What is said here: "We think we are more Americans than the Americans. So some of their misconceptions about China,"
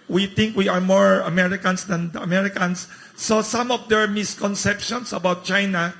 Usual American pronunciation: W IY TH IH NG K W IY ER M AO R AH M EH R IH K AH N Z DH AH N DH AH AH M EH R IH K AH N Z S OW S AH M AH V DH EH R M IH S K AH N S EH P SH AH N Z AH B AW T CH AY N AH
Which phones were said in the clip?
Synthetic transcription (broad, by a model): W IY T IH NG K W IY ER M AO R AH M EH R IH K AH N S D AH N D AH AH M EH R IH K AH N S OW S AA M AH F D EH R M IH S K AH N S EH P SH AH N S AH B AW T CH AY N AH